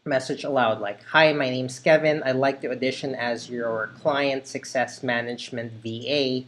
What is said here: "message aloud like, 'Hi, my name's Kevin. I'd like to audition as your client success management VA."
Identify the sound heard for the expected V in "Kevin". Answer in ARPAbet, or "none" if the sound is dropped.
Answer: V